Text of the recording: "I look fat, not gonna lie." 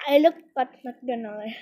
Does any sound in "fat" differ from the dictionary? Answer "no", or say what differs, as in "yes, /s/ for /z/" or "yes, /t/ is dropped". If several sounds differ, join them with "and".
yes, /p/ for /f/